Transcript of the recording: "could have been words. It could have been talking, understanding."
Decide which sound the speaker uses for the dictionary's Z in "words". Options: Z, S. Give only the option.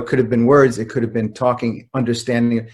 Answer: Z